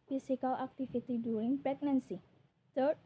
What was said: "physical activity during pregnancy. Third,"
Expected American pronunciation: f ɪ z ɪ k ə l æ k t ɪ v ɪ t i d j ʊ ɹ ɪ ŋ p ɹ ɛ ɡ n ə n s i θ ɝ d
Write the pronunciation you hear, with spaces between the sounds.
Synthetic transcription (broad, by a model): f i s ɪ k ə l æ k t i f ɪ t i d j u ɹ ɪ ŋ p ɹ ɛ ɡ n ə n s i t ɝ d